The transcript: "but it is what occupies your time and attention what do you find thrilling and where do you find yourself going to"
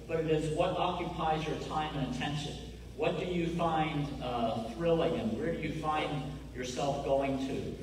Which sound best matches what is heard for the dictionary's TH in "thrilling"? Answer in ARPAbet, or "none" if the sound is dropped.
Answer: TH